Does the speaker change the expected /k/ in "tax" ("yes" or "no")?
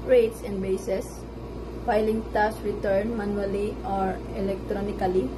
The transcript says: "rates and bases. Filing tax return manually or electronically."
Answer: yes